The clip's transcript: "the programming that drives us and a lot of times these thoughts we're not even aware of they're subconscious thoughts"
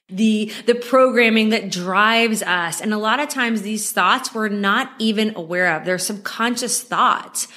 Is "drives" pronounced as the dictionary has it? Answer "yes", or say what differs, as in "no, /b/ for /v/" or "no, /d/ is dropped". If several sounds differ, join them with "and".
yes